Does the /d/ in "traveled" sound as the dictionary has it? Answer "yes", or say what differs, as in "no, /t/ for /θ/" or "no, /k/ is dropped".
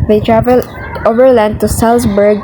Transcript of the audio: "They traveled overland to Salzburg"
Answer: no, /d/ is dropped